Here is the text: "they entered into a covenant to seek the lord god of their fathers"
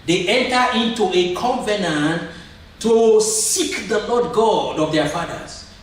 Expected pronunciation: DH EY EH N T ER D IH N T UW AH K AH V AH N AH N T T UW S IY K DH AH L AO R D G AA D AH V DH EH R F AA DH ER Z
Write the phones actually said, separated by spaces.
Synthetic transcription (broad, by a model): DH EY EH N T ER IH N T UW AH K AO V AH N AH N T T UW S IY K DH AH L AO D G AA D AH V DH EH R F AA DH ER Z